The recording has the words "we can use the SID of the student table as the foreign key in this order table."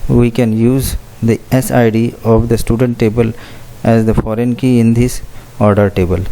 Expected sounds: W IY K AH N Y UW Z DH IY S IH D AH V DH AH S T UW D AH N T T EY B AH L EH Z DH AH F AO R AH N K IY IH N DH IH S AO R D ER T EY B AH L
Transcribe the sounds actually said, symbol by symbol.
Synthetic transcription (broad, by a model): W IY K AH N Y UW Z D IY S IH D AH V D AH S T UW D AH N T T EY B AH L EH Z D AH F AO R AH N K IY IH N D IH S AO R D ER T EY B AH L